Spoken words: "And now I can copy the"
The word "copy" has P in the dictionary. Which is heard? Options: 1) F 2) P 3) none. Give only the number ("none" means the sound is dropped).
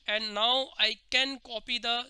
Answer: 2